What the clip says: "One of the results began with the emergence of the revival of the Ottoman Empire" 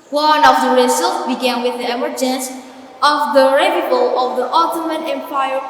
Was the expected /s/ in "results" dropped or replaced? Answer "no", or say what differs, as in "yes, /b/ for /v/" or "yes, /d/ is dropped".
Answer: yes, /s/ is dropped